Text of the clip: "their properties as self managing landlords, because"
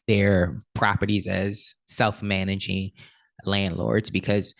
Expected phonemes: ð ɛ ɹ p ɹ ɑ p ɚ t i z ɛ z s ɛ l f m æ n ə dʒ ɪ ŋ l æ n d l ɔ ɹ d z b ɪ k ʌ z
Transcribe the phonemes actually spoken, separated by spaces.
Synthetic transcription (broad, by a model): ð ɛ ɹ p ɹ ɑ p ɚ t i z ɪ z s ɛ l f m æ n ə dʒ ɪ ŋ l æ n d l ɔ ɹ d z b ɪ k ʌ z